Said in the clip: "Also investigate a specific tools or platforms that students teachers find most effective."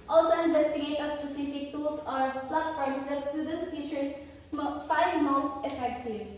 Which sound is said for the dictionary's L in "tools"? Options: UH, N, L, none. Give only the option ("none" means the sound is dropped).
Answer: none